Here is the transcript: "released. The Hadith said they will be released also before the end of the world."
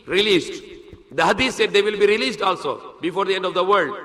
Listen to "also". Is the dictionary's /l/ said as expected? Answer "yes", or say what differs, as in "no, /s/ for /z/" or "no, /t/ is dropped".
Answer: yes